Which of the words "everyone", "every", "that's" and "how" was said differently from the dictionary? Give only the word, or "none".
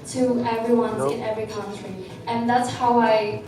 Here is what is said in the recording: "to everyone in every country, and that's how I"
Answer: none